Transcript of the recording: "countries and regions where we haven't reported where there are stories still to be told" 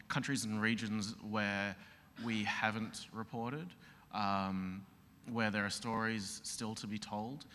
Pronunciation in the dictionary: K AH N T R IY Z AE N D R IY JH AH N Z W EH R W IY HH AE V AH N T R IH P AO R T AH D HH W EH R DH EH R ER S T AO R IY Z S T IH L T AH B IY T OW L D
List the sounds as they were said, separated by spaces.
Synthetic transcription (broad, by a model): K AH N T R IY Z N R IY JH AH N Z W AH R W IY HH AE V AH N T R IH P AO R T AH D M W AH R DH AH R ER S T AO R IY Z S T IH L T AH B IY T OW L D